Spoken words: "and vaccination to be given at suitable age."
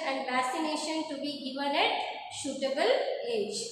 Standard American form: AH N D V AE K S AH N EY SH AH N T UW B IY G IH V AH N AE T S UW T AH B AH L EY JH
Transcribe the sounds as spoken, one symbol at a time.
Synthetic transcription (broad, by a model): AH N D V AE S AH N EY SH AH N T UW B IY G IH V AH N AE T SH UW T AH B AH L EY JH